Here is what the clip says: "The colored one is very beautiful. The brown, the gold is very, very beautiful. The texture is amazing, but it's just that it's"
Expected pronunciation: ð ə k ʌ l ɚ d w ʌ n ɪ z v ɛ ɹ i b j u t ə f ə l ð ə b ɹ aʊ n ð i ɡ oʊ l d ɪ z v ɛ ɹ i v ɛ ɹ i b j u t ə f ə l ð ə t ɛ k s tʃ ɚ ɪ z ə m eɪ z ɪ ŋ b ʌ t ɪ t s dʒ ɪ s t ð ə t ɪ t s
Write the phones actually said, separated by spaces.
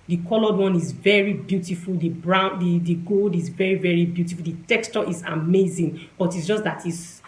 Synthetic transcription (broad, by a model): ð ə k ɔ l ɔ d w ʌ n ɪ z v ɛ ɹ i b j u t ə f ə l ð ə b ɹ aʊ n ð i ɡ oʊ l d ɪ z v ɛ ɹ i v ɛ ɹ i b j u t ə f ə l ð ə t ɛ k s tʃ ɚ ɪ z ə m eɪ z ɪ ŋ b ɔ t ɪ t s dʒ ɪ s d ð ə t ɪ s